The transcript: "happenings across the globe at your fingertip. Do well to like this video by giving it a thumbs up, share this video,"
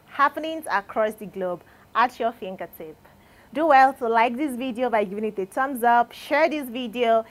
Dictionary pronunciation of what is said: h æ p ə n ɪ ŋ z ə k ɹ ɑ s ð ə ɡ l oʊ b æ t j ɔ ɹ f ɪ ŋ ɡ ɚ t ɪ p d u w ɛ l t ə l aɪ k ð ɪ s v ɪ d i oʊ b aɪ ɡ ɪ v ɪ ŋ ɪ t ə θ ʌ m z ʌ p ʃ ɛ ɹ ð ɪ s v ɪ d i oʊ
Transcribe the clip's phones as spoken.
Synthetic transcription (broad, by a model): h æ p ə n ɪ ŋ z ə k ɹ ɑ s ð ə ɡ l oʊ b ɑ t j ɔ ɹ f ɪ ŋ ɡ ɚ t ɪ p d u w ɛ l t ə l aɪ k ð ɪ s v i d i oʊ b aɪ ɡ ɪ v ɪ ŋ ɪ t ə t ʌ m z ʌ p ʃ ɛ ɹ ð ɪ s v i d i oʊ